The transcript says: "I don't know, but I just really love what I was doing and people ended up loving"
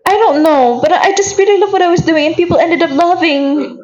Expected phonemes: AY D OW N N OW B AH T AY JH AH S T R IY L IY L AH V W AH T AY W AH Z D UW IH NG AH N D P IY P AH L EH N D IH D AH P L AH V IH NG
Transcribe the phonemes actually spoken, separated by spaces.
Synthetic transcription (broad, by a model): AY D OW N N OW B AH T AY JH AH S T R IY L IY L AH V W AH T AY W AH Z D UW IH NG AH N P IY P L EH N D IH D AH P L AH V IH NG